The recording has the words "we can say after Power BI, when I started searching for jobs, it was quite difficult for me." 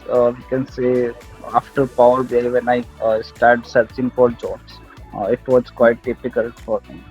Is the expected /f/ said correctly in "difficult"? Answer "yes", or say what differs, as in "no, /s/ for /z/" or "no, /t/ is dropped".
no, /p/ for /f/